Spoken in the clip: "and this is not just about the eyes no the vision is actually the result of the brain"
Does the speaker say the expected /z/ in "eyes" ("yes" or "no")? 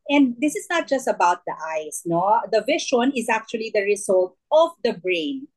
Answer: no